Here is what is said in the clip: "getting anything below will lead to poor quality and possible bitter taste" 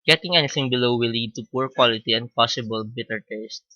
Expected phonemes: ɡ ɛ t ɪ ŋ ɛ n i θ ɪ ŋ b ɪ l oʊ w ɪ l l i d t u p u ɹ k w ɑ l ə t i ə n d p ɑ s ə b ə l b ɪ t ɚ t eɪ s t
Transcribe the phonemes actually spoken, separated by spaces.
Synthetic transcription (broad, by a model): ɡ ɛ t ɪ ŋ ɛ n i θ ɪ ŋ b ɪ l oʊ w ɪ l l i d t u p u ɹ k w ɑ l ə t i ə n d p ɑ s ə b ə l b ɪ t ɚ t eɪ s t